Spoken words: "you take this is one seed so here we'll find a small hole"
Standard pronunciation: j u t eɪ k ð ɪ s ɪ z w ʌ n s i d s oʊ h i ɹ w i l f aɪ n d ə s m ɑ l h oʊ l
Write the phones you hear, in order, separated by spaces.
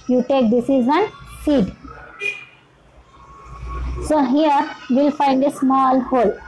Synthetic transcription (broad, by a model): j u t eɪ k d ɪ s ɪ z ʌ n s i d s oʊ h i ɹ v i l f aɪ n d ə s m ɑ l h oʊ l